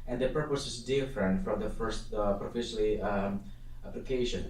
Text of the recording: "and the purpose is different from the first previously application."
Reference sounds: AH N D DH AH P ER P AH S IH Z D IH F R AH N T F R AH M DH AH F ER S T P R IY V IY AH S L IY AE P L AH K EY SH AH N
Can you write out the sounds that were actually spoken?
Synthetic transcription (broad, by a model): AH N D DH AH P ER P AH S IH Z D IH F R AH N T F R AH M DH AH F ER S T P R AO F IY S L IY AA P L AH K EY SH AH N